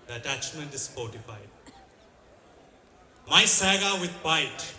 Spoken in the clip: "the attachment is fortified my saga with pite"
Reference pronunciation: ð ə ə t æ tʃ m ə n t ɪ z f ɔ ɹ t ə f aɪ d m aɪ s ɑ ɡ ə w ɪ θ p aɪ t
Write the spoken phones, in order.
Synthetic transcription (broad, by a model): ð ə ə t æ tʃ m ə n t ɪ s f ɔ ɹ t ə f aɪ d m aɪ s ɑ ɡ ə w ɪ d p aɪ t